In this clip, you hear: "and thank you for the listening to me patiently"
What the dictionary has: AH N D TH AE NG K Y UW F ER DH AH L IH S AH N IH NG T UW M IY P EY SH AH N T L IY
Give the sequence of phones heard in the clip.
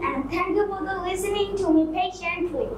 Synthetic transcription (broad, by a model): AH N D T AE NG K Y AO P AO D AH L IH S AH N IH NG T UW M IY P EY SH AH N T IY